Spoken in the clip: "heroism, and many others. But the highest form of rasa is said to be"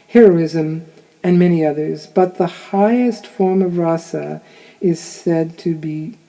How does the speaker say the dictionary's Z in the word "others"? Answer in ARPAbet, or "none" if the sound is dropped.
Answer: Z